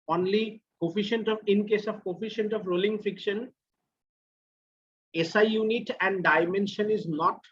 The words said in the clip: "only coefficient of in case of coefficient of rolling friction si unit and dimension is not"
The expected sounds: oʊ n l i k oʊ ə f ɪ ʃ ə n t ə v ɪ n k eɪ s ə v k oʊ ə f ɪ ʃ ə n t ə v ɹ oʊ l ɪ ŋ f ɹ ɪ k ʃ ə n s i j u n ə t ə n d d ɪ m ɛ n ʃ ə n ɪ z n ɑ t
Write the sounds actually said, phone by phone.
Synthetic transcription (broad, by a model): oʊ n l i k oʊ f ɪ ʃ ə n t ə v ɪ n k eɪ s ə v k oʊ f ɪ ʃ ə n t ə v ɹ oʊ l ɪ ŋ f ɪ k ʃ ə n s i j u n ə t ə n d d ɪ m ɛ n ʃ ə n ɪ z n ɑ t